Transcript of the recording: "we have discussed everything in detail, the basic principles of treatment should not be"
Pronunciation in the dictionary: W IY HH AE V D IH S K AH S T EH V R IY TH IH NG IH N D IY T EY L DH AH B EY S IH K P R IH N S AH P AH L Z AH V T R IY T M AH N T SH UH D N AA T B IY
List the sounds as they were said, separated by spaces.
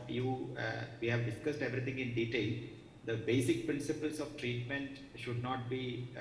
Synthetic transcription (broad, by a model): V IY HH AE V D IH S K AH S T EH V R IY T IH NG IH N D IY T EY L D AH B EY S IH K P R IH N S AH P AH L S AH V T R IY T M AH N T SH UH D N AA T B IY